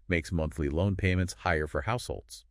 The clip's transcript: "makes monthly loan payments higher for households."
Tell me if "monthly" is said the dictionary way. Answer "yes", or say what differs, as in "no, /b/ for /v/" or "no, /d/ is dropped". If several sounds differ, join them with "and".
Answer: yes